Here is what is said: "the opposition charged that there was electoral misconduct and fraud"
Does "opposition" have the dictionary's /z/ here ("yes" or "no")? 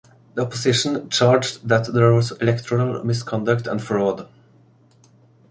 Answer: no